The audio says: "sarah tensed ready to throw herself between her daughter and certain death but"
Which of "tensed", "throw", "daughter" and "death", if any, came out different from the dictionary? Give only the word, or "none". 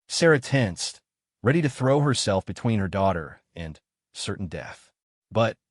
none